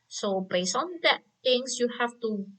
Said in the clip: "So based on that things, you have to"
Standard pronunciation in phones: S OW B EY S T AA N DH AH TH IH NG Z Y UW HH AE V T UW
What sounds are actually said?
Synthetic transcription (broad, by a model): S OW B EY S AA N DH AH T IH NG S Y UW HH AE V T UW